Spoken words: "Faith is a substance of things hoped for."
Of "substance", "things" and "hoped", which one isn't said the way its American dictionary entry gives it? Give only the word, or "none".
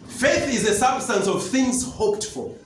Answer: none